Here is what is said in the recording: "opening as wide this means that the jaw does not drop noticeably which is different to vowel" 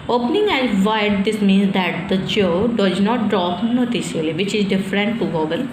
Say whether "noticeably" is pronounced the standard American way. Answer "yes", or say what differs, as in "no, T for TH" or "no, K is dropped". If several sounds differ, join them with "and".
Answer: no, B is dropped